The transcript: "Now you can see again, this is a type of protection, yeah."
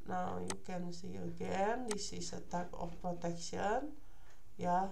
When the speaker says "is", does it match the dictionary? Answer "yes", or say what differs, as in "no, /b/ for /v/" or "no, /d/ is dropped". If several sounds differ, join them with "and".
no, /s/ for /z/